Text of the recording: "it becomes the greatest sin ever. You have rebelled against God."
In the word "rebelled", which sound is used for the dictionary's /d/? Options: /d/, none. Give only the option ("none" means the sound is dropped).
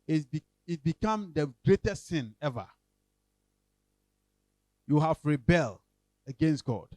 none